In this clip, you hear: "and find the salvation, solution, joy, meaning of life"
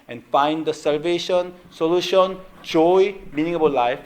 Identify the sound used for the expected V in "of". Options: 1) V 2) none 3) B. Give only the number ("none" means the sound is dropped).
3